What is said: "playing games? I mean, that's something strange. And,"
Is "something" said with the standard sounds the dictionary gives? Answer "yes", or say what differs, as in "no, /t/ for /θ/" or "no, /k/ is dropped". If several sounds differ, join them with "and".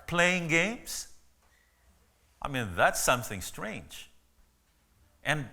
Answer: yes